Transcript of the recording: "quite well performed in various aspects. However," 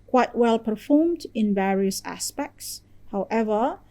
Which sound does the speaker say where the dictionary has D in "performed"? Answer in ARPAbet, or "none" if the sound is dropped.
D